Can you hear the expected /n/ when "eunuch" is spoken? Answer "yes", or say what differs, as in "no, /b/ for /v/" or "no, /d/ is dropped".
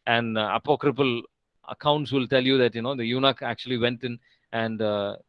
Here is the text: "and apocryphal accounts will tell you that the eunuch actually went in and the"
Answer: yes